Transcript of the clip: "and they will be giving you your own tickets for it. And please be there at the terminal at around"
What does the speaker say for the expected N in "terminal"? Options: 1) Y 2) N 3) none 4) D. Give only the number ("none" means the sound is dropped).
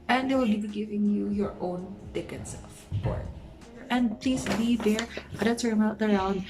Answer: 3